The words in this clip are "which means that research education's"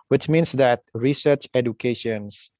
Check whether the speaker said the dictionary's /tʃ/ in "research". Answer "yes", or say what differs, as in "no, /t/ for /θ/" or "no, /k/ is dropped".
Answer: yes